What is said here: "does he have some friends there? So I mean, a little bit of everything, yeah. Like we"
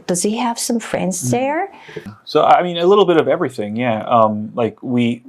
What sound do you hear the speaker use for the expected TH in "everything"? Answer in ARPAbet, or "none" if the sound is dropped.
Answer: TH